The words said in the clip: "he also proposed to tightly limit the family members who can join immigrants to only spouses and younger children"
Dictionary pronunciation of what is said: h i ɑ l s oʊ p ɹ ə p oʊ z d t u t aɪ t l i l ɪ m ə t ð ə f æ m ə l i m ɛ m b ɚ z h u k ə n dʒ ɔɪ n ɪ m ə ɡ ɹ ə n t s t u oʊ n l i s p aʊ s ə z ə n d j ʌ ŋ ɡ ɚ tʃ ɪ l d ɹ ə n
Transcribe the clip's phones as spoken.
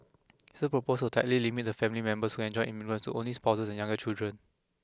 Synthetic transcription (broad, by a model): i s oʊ p ɹ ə p oʊ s t u t aɪ t l i l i m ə t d ə f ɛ m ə l i m ɛ m b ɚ s h u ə n dʒ ɔɪ ɪ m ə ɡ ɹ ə n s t u oʊ n l i s p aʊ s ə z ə n j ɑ ŋ ɡ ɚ tʃ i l d ɹ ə n